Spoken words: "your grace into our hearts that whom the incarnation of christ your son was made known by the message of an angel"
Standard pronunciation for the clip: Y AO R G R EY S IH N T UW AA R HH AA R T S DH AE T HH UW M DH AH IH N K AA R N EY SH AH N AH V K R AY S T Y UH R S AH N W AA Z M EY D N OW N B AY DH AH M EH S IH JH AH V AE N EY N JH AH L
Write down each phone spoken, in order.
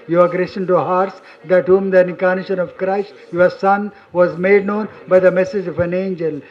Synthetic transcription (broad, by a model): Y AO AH G R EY SH IH N T UW HH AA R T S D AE T HH UW M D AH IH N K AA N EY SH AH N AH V K R AY S T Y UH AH S AH N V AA Z M EY D N OW N B AY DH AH M EH S IH JH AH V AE N EY N JH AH L